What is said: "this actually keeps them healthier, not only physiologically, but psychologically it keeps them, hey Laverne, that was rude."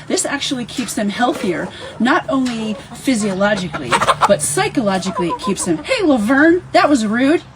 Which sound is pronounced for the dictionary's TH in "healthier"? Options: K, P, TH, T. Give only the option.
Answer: TH